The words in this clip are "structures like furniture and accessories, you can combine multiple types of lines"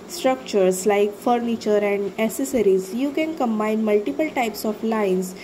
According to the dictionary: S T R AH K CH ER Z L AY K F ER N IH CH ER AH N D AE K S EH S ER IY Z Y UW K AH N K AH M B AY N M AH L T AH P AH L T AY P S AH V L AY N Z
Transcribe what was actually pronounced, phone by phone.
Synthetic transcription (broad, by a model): S T R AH K CH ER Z L AY K F ER N IH CH ER AH N D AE S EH S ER IY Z Y UW K AH N K AH M B AY N M AH L T AH P AH L T AY P S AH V L AY N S